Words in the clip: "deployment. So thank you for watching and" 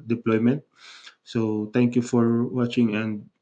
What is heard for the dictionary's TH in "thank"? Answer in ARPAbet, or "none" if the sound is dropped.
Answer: T